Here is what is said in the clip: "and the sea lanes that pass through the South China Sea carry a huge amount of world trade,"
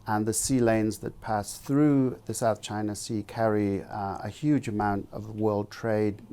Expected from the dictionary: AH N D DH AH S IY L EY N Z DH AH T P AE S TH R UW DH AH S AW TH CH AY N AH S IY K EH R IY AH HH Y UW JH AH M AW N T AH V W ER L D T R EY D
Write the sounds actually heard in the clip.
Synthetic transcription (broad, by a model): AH N DH AH S IY L EY N Z DH AH T P AE S TH R UW DH AH S AW TH CH AY N AH S IY K EH R IY AH HH Y UW JH AH M AW N T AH V W ER L D T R EY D